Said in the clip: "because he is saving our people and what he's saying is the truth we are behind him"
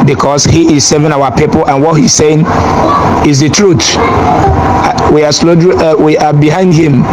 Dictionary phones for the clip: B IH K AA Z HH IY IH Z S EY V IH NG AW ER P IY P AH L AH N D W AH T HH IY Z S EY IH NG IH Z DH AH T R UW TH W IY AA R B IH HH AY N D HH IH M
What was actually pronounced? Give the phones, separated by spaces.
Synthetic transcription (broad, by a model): B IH K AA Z HH IY IH Z S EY V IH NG AW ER P IY P AH L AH N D W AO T HH IY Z S EY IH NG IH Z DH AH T R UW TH W IY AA L B IH HH AY N D HH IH M